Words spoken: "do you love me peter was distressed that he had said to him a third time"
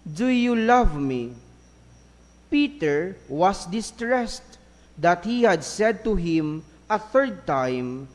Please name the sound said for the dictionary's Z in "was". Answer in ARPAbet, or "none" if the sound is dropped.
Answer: S